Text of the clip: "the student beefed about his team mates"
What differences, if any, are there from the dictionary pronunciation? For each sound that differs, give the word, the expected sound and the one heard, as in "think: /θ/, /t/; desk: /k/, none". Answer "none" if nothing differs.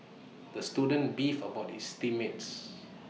beefed: /t/, none; his: /z/, /s/